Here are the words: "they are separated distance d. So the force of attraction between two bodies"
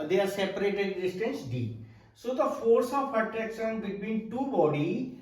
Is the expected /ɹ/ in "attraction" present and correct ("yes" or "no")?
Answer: no